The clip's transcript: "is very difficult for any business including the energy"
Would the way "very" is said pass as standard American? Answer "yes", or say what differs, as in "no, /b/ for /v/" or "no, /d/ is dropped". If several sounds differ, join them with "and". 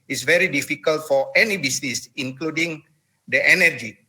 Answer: yes